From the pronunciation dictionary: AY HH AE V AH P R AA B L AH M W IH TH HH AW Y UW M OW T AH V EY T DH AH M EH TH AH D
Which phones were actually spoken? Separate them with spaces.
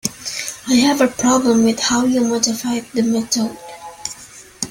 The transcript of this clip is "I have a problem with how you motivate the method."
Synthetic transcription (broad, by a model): AY HH AE V AH P R AA B L AH M W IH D HH AW Y UW M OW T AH F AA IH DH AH M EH T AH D